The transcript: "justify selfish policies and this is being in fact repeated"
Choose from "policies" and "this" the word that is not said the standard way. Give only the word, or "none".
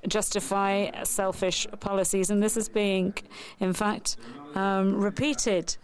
none